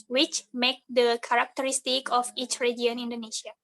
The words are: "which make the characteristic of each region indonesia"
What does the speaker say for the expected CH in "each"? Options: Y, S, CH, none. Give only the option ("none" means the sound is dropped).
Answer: CH